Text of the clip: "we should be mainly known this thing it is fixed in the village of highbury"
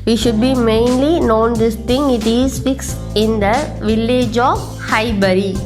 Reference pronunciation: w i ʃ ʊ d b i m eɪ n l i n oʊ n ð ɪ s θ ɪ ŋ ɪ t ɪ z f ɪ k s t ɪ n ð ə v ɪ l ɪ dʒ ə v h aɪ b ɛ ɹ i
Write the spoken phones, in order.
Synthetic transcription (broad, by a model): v i ʃ ʊ d b i m eɪ n l i n oʊ n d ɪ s t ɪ ŋ ɪ t ɪ z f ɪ k s ɪ n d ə v ɪ l ɪ dʒ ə h aɪ b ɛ ɹ i